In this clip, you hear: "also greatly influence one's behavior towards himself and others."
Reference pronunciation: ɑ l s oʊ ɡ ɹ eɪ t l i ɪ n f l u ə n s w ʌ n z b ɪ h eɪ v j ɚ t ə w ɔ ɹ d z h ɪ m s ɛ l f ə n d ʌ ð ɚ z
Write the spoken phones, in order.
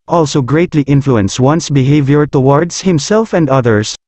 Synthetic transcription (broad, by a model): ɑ l s oʊ ɡ ɹ eɪ t l i ɪ n f l u ə n s w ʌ n s b ɪ h eɪ v j ɚ t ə w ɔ ɹ d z h ɪ m s ɛ l f ə n d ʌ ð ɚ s